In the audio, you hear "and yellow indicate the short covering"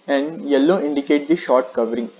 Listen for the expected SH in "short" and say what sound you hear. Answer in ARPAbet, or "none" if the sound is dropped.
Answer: SH